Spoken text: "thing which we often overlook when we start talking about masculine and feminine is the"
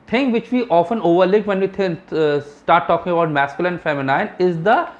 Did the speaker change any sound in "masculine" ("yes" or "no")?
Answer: yes